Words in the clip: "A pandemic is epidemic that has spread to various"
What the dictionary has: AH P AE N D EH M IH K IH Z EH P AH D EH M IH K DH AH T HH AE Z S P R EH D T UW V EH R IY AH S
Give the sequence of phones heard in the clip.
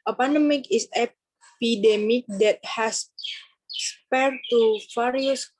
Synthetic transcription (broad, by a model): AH P AE N D EH M IH K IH S EH P AH D EH M IH K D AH T HH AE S S P EH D T UW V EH R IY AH S